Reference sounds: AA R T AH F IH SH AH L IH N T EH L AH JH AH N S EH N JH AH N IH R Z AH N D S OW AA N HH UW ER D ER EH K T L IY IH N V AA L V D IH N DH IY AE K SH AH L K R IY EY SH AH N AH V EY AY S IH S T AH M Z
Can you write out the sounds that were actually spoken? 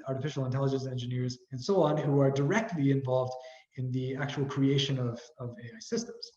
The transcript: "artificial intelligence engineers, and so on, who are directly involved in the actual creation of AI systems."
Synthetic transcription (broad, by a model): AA R T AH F IH SH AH L IH N T EH L AH JH AH N S EH N JH AH N IH R Z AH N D S OW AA N HH UW ER D ER EH K T L IY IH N V AA L V D IH N DH IY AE K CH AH L K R IY EY SH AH N AH V EY AY S IH S T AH M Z